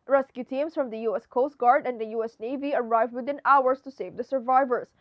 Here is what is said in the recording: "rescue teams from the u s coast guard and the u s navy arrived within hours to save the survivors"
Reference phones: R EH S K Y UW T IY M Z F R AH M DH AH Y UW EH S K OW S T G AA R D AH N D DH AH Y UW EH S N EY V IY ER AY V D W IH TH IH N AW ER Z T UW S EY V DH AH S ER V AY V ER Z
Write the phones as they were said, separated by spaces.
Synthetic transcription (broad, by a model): R EH S K Y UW T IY M S F R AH M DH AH Y UW EH S K OW S T G AA R D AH N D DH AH Y UW EH S N EY V IY ER AY V D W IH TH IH N AW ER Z T UW S EY V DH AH S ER V AY V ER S